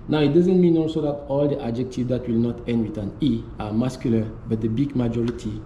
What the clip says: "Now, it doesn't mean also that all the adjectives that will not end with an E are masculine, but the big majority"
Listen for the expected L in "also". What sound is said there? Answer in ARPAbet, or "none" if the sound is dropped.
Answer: none